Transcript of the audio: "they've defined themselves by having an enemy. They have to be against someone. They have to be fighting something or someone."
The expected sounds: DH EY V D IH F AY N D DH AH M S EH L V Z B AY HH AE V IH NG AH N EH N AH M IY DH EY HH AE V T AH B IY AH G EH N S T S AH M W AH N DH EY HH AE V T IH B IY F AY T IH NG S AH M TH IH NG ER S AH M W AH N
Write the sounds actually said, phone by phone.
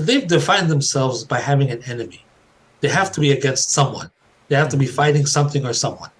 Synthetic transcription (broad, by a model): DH EY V D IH F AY N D DH AH M S EH L V Z B AY HH AE V IH NG AH N EH N AH M IY DH EY HH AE F T AH B IY AH G EH N S T S AH M W AH N DH EY HH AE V T IH B IY F AY T IH NG S AH M TH IH NG ER S AH M W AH N